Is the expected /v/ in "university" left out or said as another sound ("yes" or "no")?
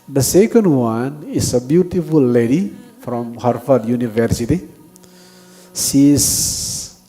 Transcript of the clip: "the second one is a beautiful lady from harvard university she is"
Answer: no